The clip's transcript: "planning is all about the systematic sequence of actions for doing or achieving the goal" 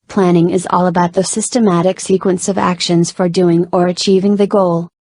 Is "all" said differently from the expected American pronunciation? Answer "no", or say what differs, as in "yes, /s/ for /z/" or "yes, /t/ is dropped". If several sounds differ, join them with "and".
no